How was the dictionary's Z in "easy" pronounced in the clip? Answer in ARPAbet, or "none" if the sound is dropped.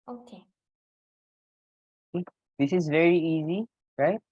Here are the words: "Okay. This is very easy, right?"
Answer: Z